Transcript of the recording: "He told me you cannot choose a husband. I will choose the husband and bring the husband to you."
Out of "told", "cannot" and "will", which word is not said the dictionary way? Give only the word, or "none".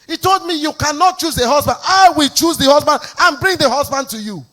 none